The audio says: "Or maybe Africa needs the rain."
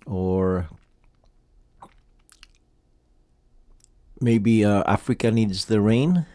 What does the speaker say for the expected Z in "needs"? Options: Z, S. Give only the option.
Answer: Z